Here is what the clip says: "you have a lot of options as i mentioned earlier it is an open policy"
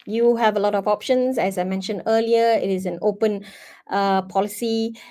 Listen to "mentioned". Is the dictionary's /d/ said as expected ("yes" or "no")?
yes